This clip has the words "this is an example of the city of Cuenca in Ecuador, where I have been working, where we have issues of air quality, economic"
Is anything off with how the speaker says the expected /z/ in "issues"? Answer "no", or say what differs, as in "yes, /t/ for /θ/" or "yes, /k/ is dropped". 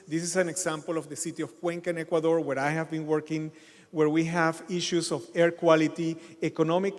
yes, /s/ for /z/